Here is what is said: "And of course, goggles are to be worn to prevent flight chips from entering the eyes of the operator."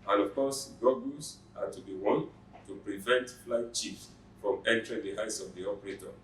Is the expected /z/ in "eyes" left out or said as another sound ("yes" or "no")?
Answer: yes